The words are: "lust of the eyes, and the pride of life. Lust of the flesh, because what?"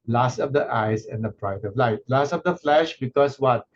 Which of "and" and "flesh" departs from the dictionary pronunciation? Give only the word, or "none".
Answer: none